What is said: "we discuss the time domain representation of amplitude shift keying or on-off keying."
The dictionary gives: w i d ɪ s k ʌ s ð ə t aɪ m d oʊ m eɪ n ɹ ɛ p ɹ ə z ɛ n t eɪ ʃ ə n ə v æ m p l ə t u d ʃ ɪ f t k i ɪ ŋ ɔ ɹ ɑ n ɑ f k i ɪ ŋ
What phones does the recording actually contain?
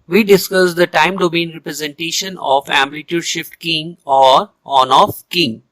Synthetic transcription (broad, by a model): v i d ɪ s k ʌ s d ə t aɪ m d oʊ m eɪ n ɹ ɛ p ɹ ə z ɛ n t eɪ ʃ ə n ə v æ m l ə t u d ʃ ɪ f t k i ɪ ŋ ɔ ɹ ɑ n ɑ f k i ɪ ŋ